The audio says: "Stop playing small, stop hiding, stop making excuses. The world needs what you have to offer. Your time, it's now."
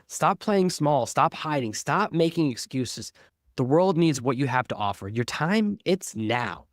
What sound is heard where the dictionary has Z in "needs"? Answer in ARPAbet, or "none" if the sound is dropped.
Z